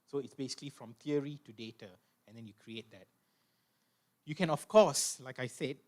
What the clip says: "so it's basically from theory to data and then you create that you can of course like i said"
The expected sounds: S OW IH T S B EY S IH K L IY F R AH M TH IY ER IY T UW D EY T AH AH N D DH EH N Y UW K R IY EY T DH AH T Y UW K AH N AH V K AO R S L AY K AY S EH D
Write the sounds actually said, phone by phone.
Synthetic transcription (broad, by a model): S OW IH T S B EY S IH K L IY F R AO M T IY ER IY T UW D EY T AH AH N D EH N Y UW K R IY EY T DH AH T Y UW K AH N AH F K AO S L AY K AY S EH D